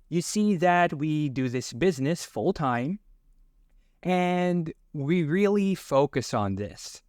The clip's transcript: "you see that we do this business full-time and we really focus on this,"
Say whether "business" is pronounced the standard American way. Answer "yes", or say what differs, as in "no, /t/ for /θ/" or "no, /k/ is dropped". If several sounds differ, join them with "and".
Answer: yes